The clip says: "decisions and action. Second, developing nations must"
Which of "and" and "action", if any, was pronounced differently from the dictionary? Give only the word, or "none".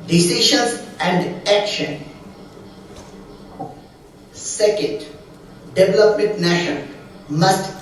none